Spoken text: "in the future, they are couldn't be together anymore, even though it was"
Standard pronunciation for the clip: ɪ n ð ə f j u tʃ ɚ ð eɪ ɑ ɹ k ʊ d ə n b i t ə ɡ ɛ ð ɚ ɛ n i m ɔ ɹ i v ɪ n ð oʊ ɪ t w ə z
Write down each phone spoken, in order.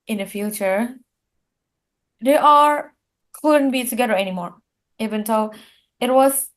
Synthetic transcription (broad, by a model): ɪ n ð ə f j u tʃ ɚ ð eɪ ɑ l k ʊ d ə n b i t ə ɡ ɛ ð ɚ ɛ n i m ɔ ɹ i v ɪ n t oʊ ɪ t w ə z